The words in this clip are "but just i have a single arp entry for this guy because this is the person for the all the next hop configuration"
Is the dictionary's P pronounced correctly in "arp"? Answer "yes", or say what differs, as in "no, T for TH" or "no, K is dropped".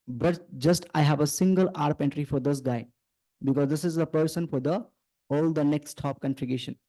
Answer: yes